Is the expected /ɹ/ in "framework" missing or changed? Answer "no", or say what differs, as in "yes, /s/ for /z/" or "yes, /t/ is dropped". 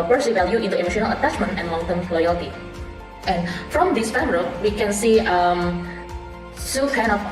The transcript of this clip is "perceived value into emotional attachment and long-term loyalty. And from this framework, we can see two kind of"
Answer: yes, /ɹ/ is dropped